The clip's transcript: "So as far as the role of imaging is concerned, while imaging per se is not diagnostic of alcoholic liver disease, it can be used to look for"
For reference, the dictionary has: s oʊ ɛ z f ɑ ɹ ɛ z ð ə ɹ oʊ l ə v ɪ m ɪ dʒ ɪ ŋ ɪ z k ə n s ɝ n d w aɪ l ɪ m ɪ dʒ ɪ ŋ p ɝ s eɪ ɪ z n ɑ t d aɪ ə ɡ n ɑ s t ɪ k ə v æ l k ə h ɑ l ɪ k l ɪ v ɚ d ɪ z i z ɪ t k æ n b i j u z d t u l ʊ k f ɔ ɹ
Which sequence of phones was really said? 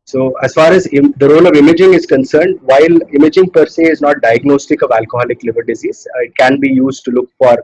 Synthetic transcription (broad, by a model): s oʊ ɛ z f ɑ ɹ ɛ z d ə ɹ oʊ l ə v ɪ m ɪ dʒ ɪ ŋ ɪ z k ə n s ɝ n d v aɪ l ɪ m ɪ dʒ ɪ ŋ p ɝ s eɪ ɪ z n ɑ t d aɪ ə ɡ n ɑ s t ɪ k ə v æ l k ə h ɑ l ɪ k l ɪ v ɚ d ɪ z i z ɪ t k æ n b i j u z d t u l ʊ k f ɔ ɹ